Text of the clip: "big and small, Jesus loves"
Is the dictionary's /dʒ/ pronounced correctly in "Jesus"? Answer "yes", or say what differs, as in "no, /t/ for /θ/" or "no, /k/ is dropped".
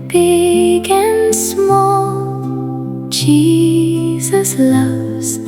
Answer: no, /tʃ/ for /dʒ/